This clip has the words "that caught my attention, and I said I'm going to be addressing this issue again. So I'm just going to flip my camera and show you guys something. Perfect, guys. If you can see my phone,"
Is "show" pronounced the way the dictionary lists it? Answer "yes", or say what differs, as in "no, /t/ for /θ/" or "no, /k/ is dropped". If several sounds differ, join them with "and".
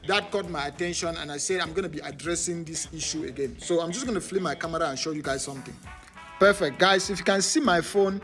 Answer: yes